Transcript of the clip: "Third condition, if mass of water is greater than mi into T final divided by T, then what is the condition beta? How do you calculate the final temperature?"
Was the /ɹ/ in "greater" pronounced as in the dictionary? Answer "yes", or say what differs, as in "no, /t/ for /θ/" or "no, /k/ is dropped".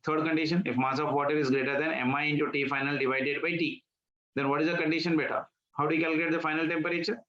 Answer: yes